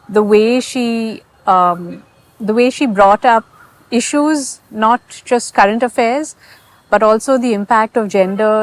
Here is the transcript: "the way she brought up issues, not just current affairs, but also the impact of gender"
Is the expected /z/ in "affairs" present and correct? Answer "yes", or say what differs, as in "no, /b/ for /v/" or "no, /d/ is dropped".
yes